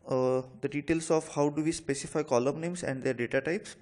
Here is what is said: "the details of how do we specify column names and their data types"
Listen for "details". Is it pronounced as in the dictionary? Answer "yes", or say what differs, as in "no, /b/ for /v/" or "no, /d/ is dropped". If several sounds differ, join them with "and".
no, /s/ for /z/